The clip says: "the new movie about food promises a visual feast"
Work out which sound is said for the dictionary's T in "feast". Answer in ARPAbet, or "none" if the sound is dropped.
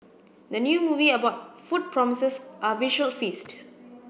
T